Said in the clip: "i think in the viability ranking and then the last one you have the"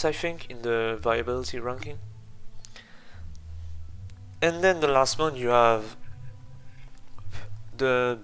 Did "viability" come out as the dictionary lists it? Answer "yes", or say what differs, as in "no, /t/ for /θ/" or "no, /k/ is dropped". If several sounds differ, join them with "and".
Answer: yes